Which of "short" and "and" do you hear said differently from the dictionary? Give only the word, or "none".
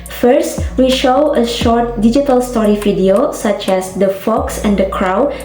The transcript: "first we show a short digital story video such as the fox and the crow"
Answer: none